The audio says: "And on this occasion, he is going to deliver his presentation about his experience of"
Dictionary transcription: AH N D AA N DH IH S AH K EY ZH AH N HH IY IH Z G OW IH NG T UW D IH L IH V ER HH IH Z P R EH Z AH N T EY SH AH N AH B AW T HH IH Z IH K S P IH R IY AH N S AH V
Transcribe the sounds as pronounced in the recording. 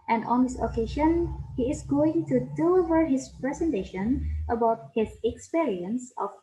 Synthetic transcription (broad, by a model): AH N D AA N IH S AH K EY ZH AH N HH IY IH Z G OW IH NG T UW D IH L IH V ER HH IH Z P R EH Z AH N T EY SH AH N AH B AW T HH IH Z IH K S P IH R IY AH N S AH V